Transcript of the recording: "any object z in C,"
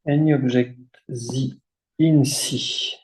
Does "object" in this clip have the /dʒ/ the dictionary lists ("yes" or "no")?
no